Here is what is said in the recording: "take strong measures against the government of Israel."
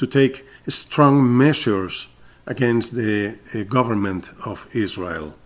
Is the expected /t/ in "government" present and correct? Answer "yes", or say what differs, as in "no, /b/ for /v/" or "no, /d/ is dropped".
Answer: yes